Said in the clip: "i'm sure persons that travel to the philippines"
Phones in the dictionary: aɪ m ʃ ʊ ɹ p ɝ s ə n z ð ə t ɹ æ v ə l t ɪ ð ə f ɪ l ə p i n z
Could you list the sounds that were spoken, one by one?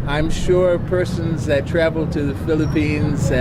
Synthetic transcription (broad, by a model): aɪ m ʃ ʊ ɹ p ɝ s ə n z ð ə t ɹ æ v l t ɪ ð ə f ɪ l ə p i n z